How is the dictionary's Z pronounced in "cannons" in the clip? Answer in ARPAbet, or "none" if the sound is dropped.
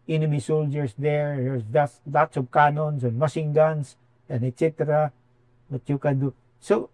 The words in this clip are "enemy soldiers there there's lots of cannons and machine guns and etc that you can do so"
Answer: S